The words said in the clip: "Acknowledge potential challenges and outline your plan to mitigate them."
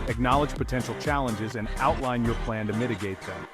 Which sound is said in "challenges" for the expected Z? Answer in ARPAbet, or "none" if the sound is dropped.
Z